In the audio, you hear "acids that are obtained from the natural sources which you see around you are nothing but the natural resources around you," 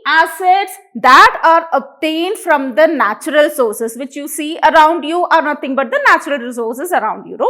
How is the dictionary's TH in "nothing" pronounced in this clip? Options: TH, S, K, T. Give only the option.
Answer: T